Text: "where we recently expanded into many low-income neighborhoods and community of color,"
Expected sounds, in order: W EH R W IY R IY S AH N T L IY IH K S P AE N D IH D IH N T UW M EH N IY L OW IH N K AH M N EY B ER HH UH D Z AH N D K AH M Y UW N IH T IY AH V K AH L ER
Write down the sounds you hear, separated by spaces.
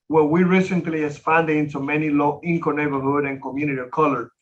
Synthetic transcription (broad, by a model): W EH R W IY R IY S AH N T L IY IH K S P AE N D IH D IH N T UW M EH N IY L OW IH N K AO N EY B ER HH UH D AH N K AH M Y UW N IH T IY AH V K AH L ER